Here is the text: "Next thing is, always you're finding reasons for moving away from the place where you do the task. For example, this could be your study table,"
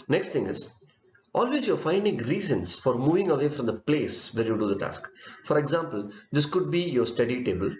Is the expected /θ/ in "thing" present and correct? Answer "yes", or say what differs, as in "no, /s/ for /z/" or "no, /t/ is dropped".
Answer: no, /t/ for /θ/